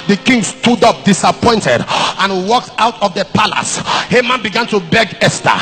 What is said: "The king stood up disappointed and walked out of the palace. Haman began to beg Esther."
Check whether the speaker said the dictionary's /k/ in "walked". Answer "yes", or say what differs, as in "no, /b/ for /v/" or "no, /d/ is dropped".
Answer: yes